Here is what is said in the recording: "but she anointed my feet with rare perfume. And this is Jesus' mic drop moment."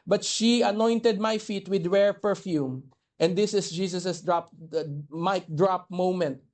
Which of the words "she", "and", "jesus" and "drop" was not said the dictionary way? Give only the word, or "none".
jesus